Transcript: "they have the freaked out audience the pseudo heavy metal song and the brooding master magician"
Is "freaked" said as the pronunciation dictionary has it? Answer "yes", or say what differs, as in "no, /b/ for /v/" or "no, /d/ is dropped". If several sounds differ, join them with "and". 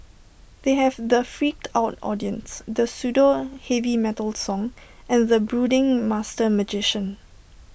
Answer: yes